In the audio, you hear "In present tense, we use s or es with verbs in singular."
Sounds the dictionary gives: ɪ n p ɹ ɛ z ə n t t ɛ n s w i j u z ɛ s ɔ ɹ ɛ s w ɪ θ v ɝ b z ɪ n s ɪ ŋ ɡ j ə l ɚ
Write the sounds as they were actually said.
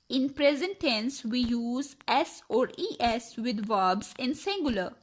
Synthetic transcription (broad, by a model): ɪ n p ɹ ɛ z ə n t t ɛ n s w i j u z ɛ s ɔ ɹ ɛ s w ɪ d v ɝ b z ɪ n s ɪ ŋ ɡ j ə l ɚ